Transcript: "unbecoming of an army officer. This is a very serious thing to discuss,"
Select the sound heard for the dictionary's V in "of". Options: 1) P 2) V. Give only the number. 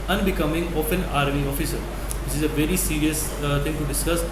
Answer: 1